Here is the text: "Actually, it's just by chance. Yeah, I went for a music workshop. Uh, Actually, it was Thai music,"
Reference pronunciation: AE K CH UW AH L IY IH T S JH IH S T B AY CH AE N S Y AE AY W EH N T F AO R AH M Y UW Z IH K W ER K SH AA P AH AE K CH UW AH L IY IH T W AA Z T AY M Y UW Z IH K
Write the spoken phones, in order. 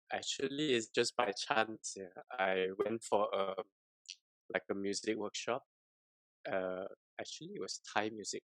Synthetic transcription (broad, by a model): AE K CH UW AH L IY IH T S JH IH S B AY CH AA N S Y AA AY W EH N T F AO L AH M Y UW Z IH K W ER K SH AA P AH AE K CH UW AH L IY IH T W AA S T AY M Y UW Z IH K